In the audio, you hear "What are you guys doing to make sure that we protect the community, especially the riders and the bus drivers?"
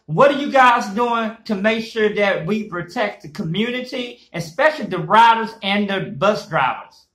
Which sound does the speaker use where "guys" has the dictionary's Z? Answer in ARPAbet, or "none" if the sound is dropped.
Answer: Z